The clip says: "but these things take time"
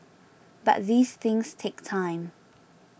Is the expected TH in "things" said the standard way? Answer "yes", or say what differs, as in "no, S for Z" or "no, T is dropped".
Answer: yes